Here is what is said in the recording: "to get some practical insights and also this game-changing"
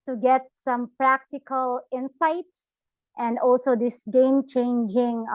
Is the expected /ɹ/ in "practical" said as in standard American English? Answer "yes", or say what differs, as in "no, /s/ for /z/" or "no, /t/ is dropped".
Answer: yes